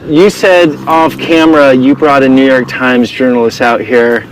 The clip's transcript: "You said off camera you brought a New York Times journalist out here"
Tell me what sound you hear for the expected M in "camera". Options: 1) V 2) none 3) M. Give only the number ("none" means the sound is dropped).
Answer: 3